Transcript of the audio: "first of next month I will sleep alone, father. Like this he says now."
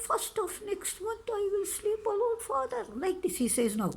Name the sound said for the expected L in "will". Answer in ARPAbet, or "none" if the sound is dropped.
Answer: L